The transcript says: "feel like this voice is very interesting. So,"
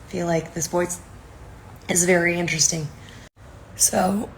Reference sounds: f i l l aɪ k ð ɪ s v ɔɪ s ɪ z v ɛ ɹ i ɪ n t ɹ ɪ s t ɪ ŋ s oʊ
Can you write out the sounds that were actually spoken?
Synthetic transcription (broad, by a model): f i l l aɪ k ð ɪ s b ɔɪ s ɪ z v ɛ ɹ i ɪ n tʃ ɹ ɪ s t ɪ ŋ s oʊ